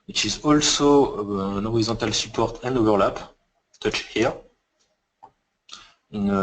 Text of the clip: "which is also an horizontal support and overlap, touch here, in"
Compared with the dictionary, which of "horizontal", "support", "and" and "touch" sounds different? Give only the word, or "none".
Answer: horizontal